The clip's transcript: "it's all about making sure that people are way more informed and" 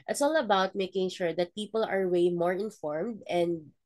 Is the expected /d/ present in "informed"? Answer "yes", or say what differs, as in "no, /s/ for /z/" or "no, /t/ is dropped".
yes